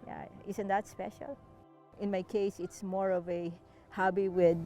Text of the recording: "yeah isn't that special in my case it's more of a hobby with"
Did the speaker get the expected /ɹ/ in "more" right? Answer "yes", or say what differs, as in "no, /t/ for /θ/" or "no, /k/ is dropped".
yes